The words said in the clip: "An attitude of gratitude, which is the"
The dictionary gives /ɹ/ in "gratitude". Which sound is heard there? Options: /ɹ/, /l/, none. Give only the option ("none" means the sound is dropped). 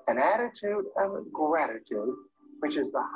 /ɹ/